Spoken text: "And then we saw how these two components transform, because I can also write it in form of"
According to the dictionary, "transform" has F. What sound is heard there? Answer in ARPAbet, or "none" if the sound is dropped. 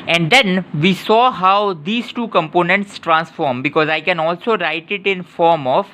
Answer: F